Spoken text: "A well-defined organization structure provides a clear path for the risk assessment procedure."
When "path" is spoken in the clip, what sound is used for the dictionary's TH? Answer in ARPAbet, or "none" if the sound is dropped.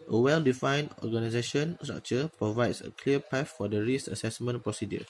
F